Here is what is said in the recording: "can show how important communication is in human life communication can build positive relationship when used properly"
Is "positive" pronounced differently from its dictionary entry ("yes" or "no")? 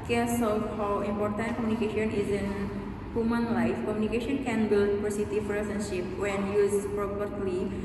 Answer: yes